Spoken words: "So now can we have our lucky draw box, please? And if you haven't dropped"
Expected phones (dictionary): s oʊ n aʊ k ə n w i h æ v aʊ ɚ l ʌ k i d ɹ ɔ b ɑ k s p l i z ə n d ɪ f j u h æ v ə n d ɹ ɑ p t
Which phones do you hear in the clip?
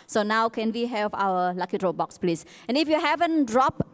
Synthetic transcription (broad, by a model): s oʊ n aʊ k ə n w i h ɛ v aʊ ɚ l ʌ k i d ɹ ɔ b ɑ k s p l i s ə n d ɪ f j u h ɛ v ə n d ɹ ɑ p